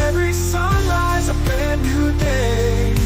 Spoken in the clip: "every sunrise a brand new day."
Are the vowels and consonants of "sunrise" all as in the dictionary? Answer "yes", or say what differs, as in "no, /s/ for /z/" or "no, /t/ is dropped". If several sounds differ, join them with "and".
yes